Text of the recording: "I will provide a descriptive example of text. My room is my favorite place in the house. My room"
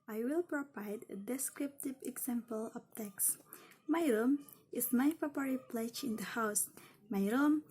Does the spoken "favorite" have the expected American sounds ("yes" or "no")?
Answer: no